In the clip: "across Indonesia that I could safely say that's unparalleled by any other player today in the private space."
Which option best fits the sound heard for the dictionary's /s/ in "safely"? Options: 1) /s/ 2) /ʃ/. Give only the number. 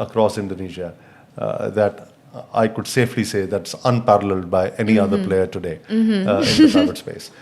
1